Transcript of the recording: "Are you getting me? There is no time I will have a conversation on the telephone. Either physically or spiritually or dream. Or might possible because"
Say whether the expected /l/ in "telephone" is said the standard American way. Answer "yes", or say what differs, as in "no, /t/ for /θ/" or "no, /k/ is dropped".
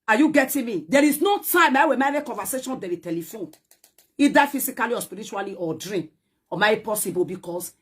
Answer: yes